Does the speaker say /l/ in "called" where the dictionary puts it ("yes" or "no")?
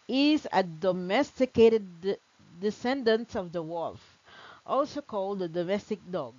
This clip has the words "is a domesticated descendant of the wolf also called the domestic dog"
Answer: yes